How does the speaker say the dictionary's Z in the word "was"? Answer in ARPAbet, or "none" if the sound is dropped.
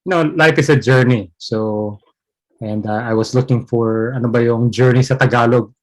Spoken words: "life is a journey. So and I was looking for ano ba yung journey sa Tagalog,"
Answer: S